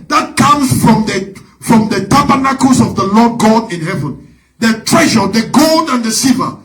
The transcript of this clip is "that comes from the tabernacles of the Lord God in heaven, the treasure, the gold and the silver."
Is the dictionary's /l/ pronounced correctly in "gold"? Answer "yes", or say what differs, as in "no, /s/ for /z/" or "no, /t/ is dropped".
yes